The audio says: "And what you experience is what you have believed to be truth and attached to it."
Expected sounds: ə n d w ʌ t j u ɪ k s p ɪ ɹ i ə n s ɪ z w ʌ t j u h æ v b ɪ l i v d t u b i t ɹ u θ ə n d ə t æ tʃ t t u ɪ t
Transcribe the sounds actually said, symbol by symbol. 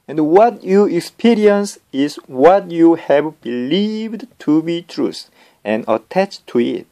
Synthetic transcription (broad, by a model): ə n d w ʌ t j u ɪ k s p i ɹ i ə n s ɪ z w ʌ t j u h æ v b ɪ l i v d t u b i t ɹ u s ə n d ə t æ tʃ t t u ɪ t